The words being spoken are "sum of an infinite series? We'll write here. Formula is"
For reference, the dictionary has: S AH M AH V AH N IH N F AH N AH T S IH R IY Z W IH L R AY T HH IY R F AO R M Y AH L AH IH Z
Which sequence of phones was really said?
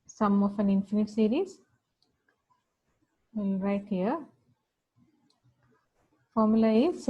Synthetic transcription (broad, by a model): S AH M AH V AH N IH N F AH N AH T S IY R IY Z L R AY T HH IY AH F AO R M Y AH L AH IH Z